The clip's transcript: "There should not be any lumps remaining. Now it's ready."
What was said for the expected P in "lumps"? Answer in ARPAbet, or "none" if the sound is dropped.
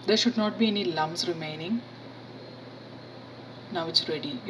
none